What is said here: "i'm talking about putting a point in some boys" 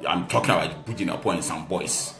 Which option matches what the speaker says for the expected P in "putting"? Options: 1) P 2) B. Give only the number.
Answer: 2